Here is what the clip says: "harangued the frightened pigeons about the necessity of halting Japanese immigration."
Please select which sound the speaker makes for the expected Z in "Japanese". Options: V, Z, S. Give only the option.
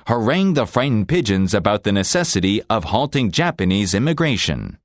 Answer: Z